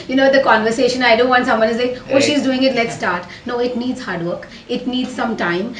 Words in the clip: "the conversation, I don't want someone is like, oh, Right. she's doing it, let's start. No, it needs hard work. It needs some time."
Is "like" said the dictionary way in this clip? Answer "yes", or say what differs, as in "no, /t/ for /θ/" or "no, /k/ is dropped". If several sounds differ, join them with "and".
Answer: no, /k/ is dropped